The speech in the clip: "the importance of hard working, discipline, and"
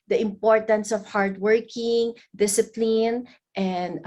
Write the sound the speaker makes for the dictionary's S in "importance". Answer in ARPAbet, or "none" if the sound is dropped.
S